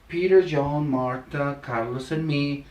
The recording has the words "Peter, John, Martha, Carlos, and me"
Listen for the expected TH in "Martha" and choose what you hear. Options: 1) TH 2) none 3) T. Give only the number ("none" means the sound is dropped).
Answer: 3